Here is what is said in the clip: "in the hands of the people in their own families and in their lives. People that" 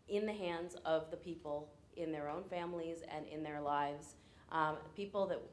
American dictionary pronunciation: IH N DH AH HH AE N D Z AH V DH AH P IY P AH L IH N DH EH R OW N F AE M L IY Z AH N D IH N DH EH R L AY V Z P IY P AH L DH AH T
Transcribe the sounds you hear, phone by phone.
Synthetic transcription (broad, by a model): IH N DH AH HH AE N D Z AH V DH AH P IY P L IH N DH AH R OW N F AE M L IY Z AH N IH N DH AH R L AY V Z P IY P L DH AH T